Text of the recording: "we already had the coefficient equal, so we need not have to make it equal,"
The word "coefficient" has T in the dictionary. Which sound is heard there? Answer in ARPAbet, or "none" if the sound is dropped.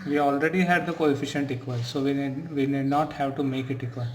T